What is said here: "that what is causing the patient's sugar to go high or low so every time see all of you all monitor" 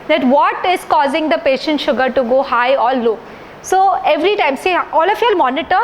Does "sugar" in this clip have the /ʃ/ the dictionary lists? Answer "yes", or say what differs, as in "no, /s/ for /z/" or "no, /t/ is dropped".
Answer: yes